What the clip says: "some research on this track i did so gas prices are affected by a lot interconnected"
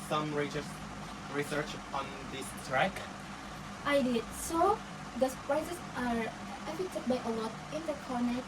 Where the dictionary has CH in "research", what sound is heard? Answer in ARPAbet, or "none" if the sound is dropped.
CH